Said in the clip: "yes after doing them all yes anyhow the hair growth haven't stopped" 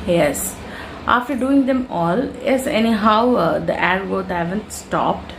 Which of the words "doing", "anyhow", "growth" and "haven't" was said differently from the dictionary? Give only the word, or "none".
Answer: growth